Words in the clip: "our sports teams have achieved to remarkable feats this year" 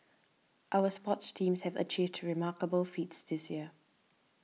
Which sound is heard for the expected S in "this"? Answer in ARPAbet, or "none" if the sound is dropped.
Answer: S